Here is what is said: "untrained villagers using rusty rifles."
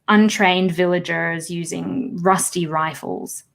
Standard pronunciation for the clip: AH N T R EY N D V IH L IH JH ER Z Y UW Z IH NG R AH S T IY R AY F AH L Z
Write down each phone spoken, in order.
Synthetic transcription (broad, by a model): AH N T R EY N D V IH L IH JH ER Z Y UW Z IH NG R AH S T IY R AY F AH L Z